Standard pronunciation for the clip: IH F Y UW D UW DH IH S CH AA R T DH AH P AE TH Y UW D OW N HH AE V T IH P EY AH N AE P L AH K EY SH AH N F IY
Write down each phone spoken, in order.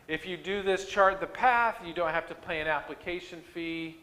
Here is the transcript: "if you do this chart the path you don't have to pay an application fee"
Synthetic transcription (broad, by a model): IH F Y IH D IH DH IH S CH AA R T DH AH P AE TH Y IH D OW N HH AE F T IH P EY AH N AE P L AH K EY SH AH N F IY